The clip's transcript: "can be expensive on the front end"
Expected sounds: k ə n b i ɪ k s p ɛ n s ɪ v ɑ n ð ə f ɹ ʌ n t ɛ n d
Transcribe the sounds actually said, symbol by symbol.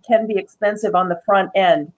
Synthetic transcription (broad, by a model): k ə n b i ɪ k s p ɛ n s ɪ v n ð ə f ɹ ʌ n t ɛ n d